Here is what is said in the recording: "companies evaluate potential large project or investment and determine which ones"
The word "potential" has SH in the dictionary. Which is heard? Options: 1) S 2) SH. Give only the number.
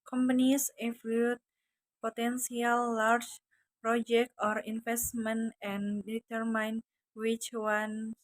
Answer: 1